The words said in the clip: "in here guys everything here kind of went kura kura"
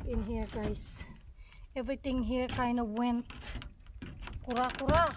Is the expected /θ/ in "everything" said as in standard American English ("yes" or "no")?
no